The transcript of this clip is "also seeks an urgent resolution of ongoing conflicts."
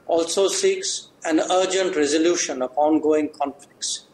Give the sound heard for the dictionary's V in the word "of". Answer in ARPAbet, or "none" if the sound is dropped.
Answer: P